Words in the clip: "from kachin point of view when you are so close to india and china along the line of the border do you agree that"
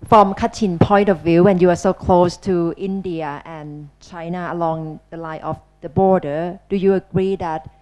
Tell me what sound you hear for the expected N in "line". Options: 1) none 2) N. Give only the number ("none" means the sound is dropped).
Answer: 1